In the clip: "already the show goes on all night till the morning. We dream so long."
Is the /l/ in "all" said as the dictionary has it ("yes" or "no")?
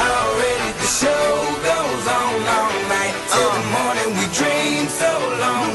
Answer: no